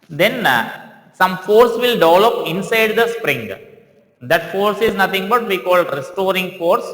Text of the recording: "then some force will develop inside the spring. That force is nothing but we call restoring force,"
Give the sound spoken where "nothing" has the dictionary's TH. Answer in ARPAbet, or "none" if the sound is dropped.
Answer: T